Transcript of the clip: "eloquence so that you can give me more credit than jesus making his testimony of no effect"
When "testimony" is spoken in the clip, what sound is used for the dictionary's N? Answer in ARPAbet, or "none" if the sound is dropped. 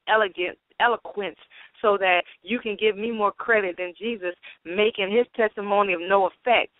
N